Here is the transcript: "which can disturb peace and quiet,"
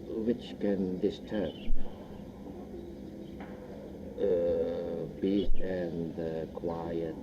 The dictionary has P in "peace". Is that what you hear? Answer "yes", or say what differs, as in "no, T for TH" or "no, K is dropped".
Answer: no, B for P